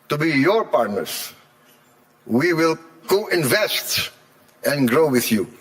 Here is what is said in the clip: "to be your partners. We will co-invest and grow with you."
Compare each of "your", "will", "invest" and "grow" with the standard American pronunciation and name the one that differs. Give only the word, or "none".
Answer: none